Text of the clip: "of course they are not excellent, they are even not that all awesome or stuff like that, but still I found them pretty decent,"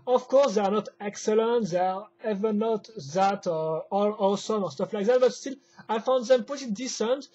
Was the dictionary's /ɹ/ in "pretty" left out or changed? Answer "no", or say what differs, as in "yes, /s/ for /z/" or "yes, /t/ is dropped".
yes, /ɹ/ is dropped